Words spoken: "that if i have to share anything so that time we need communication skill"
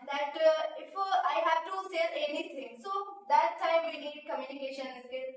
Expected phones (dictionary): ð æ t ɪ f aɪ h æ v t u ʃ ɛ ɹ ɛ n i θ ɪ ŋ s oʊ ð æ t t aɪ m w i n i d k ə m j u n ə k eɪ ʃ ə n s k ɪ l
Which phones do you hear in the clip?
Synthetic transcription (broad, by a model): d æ t ɪ f aɪ h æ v t u s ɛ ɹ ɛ n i t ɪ ŋ s oʊ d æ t t aɪ m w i n i d k ə m j u n ə k eɪ ʃ ə n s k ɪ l